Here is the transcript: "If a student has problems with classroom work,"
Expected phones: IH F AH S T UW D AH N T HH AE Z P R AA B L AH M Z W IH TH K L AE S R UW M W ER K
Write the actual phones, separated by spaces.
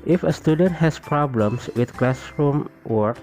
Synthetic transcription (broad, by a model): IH F AH S T UW D AH N T HH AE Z P R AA B L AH M S W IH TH K L AE S R UW M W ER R